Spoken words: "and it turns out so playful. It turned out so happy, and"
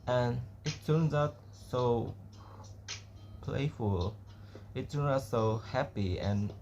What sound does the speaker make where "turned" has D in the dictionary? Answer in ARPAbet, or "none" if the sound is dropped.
none